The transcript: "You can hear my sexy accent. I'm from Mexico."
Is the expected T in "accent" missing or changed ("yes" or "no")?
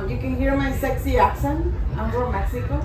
yes